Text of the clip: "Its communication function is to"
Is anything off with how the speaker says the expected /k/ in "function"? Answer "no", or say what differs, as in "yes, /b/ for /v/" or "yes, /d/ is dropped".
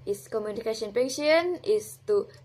yes, /k/ is dropped